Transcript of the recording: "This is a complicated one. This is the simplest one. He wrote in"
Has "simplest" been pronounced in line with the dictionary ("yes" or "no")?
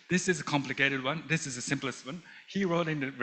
yes